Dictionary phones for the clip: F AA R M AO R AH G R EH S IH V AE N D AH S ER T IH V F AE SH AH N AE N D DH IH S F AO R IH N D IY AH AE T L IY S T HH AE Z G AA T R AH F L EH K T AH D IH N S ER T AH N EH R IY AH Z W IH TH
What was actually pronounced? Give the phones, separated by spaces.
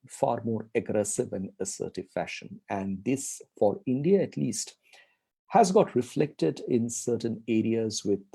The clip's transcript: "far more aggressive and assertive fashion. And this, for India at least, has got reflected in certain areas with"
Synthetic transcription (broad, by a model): F AA R M AO R AH G R EH S IH V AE N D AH S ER T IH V F AE SH AH N AE N D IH S F AO R IH N D IY AH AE T L IY S T HH AE Z G AA T R AH F L EH K T AH D IH N S ER T AH N EH R IY AH Z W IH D